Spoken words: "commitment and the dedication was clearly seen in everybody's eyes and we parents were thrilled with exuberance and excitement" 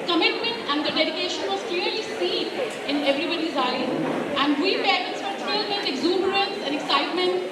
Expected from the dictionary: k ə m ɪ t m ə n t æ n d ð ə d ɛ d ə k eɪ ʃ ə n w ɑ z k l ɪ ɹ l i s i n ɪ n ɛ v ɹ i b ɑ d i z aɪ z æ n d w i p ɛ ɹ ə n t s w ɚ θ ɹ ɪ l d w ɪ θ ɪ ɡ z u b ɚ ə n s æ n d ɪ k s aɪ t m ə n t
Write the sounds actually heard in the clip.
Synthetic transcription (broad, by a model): k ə m ɪ t m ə n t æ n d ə d ɛ d ə k eɪ ʃ ə n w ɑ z k l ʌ ɹ l i s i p ɪ n ɛ v ɹ i b ɑ d i z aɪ æ n d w i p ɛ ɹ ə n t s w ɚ t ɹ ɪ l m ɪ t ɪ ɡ z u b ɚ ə n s æ n d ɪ k s aɪ t m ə n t